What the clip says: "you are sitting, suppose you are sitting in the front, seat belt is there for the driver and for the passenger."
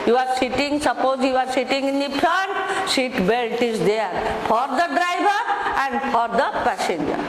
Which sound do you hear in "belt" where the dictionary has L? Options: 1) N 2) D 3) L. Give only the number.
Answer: 3